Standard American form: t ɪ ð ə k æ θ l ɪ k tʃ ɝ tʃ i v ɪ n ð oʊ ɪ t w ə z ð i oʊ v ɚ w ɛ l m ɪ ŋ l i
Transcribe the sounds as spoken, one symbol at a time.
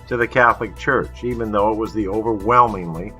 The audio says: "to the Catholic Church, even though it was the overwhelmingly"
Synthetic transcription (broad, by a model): t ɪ ð ə k æ θ l ɪ k tʃ ɝ tʃ i v ɪ n ð oʊ ɪ t w ə z ð i oʊ v ɚ w ɛ l m ɪ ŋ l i